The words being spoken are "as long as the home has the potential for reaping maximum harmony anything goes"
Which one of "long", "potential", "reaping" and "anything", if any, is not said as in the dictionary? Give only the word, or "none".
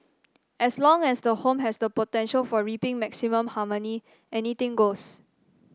anything